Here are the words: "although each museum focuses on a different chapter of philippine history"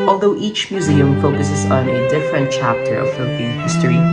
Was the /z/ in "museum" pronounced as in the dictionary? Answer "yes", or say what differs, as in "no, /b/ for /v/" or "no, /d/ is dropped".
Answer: yes